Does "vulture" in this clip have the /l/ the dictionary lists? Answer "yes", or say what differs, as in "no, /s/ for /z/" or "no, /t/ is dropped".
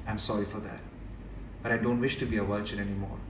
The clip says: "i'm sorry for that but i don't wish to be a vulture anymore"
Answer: no, /l/ is dropped